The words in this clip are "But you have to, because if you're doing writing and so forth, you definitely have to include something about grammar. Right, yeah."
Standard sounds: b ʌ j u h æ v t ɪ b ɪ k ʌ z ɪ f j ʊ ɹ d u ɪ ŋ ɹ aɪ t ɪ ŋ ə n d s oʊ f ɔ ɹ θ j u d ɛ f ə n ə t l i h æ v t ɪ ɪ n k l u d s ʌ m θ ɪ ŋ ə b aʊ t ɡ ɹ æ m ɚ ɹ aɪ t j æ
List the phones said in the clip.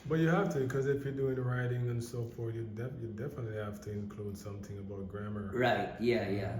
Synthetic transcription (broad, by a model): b ʌ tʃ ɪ h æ f t ɪ b ɪ k ʌ z ɪ f j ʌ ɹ d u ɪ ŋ ɹ aɪ t ɪ ŋ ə n s oʊ f ɔ ɹ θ j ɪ d ɛ f ə n ə t l i h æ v t ɪ ɪ n k l u d s ʌ m θ ɪ ŋ ə b aʊ t ɡ ɹ æ m ɚ ɹ aɪ t j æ